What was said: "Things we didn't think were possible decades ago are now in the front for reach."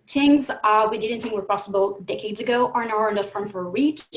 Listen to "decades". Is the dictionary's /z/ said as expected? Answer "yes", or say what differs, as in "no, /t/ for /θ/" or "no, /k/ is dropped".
yes